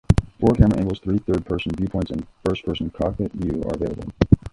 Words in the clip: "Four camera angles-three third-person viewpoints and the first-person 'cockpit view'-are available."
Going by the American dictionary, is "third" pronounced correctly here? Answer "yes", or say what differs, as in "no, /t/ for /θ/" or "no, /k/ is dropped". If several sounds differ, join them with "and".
yes